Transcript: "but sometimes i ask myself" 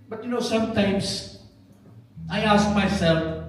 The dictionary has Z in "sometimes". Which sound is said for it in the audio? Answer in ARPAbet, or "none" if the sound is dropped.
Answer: S